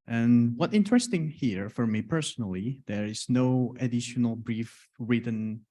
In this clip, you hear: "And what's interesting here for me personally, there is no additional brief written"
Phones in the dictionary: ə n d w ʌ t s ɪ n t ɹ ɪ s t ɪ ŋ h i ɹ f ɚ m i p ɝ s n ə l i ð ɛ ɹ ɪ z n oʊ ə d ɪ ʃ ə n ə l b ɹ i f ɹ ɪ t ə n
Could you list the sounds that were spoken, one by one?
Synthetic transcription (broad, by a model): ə n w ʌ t ɪ n t ɹ ɪ s t ɪ ŋ h i ɹ f ɚ m i p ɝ s n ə l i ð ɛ ɹ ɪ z n oʊ ə d ɪ ʃ ə n ə l b ɹ i f ɹ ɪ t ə n